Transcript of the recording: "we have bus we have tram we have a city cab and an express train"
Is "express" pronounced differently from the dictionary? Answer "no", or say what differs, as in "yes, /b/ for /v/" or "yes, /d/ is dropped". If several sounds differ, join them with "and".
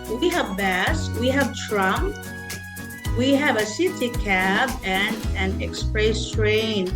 no